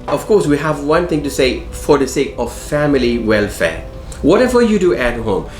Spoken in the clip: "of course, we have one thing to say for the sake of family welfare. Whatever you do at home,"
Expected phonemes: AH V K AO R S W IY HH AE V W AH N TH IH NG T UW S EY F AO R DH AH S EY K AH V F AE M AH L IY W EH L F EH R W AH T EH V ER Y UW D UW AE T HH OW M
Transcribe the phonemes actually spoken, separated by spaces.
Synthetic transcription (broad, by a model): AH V K AO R S W IY HH AE V W AH N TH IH NG T UW S EY F AO R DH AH S EY K AH V F AE M AH L IY W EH L F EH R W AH T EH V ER Y UW D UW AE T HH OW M